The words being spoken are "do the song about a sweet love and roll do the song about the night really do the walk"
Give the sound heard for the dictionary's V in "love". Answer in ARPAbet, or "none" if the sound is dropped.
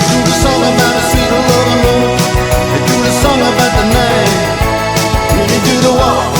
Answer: W